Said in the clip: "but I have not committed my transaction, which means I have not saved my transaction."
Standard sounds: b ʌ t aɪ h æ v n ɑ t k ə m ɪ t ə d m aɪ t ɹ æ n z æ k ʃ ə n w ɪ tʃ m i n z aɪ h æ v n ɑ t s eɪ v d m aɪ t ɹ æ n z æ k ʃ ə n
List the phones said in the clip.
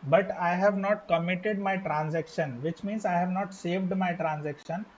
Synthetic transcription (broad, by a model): b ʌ t aɪ h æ v n ɑ t k ə m ɪ t ə d m aɪ t ɹ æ n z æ k ʃ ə n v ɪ tʃ m i n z aɪ h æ v n ɑ t s eɪ v d m aɪ t ɹ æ n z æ k ʃ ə n